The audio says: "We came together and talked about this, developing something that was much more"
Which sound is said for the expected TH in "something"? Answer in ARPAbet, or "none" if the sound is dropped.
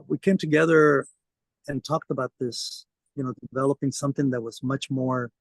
TH